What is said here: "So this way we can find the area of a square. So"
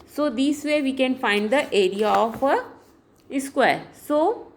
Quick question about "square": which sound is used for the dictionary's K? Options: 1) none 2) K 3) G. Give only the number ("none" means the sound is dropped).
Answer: 2